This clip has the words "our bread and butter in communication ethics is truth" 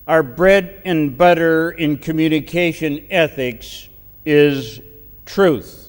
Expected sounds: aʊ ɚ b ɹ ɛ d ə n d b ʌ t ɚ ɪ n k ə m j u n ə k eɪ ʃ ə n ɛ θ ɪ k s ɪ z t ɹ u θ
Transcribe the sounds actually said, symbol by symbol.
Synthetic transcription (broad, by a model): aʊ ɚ b ɹ ɛ d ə n b ʌ t ɚ ɪ n k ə m j u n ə k eɪ ʃ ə n ɛ θ ɪ k s ɪ z t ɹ u θ